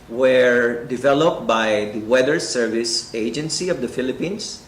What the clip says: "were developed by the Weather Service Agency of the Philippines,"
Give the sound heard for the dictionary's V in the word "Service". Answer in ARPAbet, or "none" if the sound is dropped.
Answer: V